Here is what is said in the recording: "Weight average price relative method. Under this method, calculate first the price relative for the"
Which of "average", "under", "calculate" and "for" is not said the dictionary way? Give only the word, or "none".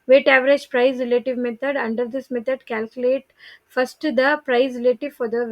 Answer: none